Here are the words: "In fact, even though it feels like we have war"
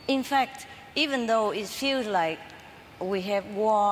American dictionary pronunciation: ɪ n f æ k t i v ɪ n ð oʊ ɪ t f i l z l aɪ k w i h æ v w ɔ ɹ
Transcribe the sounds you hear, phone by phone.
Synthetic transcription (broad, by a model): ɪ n f æ k t i v ɪ n ð oʊ ɪ t f i l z l aɪ k w i h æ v w ɔ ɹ